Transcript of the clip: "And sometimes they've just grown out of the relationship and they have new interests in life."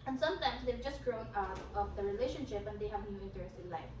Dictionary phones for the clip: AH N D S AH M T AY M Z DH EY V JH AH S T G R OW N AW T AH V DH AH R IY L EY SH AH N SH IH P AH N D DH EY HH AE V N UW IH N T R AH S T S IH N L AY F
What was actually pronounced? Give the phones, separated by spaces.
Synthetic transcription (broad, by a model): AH N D S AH M T AY M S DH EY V JH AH S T G R OW N AW T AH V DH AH R IY L EY SH AH N SH IH P AH N D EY HH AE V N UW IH T AH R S IH N L AY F